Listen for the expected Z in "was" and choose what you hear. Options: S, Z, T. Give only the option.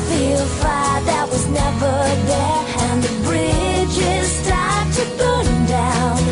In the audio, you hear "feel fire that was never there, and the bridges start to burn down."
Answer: Z